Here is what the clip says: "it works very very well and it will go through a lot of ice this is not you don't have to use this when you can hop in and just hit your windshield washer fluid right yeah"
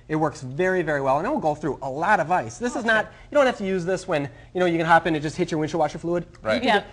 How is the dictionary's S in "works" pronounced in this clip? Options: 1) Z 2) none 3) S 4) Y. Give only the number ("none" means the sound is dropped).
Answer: 3